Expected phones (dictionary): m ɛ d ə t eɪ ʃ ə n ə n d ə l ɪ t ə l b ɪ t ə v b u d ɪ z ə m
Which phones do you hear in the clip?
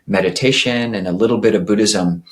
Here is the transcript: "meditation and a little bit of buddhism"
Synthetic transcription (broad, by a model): m ɛ d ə t eɪ ʃ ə n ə n ə l ɪ t l b ɪ t ə v b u d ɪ z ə m